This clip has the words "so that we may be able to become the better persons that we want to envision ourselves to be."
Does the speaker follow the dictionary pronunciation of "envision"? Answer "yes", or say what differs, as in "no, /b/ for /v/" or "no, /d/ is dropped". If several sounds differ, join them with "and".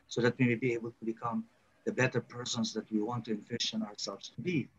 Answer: no, /f/ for /v/ and /ʃ/ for /ʒ/